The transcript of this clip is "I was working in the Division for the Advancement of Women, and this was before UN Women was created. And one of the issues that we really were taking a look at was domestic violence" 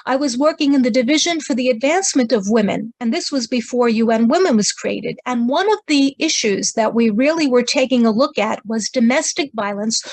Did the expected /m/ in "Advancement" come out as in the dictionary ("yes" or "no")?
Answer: yes